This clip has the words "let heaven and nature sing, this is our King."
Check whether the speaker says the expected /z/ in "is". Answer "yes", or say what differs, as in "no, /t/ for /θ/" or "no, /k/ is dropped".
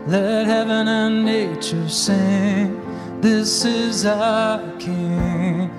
yes